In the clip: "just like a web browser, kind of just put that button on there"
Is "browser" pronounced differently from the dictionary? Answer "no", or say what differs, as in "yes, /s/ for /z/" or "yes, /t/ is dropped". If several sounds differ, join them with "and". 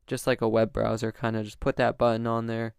no